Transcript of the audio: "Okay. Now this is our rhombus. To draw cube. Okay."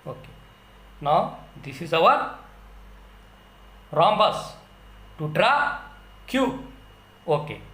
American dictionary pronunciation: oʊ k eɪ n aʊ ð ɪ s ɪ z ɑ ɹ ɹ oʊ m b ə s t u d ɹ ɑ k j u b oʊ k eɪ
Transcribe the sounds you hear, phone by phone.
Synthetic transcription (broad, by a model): oʊ k eɪ n aʊ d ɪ s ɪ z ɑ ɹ ɹ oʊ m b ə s t u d ɹ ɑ k j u oʊ k eɪ